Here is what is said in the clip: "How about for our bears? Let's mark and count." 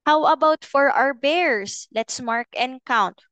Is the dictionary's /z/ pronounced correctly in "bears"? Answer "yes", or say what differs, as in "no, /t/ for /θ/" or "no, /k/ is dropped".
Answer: no, /s/ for /z/